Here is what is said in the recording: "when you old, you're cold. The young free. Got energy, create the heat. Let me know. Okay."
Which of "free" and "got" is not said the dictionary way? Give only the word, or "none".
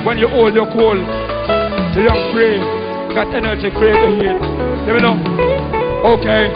free